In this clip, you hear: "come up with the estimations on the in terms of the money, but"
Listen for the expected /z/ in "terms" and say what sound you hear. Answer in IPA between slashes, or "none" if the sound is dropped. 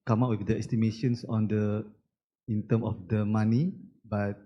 none